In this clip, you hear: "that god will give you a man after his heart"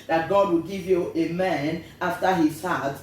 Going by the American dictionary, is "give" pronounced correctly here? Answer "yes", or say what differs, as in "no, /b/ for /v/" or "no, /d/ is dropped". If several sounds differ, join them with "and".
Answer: yes